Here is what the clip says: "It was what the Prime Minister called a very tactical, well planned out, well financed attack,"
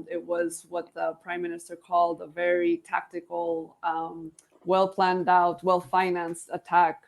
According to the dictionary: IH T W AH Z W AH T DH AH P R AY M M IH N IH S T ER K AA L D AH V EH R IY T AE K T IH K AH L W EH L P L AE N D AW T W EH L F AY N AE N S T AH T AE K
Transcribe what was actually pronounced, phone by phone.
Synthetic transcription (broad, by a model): IH T W AH Z W AH T DH AH P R AY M M IH N IH S T ER K AA L D AH V EH R IY T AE K T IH K L W EH L P L AE N D AW T W EH L F AY N AE N S T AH T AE K